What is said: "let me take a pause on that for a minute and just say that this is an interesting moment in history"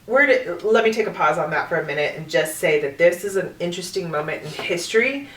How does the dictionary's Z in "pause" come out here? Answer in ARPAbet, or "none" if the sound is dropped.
Z